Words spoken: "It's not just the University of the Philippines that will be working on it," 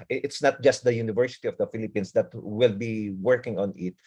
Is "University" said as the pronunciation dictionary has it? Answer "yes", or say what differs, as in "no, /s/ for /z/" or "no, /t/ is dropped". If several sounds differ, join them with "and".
yes